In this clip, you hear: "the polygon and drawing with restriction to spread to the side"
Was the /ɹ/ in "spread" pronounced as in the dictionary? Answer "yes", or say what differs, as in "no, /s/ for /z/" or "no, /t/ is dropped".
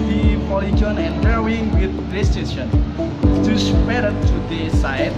no, /ɹ/ is dropped